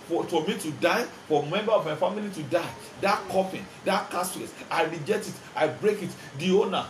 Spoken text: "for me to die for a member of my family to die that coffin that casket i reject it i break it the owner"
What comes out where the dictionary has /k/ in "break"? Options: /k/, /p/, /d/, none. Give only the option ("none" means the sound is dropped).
/k/